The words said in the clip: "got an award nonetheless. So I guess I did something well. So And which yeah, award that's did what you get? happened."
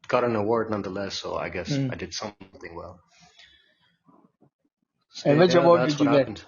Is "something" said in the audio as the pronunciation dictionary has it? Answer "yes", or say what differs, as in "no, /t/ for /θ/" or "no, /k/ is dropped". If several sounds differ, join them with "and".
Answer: yes